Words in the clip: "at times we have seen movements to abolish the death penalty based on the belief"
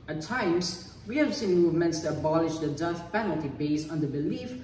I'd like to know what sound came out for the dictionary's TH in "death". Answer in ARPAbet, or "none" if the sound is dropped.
S